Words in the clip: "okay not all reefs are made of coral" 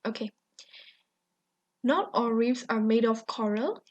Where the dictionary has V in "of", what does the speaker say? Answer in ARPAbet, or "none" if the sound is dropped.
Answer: F